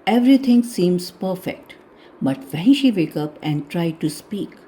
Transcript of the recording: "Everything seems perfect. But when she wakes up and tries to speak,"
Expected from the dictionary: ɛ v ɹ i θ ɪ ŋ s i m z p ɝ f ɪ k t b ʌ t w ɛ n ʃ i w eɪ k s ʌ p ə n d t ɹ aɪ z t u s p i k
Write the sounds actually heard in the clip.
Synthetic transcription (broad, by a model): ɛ v ɹ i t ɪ ŋ s i m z p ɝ f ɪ k t b ʌ t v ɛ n ʃ i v eɪ k ʌ p ə n d t ɹ aɪ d t u s p i k